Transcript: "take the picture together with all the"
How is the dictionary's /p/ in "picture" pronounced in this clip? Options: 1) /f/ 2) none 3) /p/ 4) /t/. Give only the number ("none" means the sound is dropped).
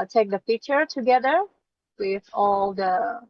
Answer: 1